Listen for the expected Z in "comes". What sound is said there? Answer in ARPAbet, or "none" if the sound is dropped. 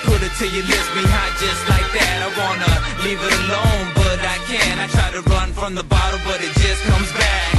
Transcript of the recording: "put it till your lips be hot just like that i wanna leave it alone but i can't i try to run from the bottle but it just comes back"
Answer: Z